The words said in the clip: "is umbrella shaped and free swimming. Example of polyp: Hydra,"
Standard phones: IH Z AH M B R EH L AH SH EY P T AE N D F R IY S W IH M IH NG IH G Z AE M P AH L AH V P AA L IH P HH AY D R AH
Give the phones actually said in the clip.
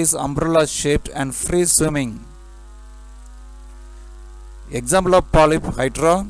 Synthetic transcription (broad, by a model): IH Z AH M B R EH L AH SH EY P T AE N D F R IY S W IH M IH NG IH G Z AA M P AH L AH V P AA L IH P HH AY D R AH